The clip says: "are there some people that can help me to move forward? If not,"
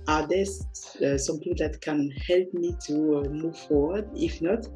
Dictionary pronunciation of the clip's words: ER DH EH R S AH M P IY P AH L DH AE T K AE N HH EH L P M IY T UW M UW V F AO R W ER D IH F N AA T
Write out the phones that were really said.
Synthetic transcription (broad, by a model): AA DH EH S S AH M P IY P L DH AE T K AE N HH EH L P M IY T UW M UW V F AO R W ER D IH F N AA T